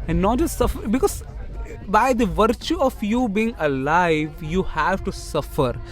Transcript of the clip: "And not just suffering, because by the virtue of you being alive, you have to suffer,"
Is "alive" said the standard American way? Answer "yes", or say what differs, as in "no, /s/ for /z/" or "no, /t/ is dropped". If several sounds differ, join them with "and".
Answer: yes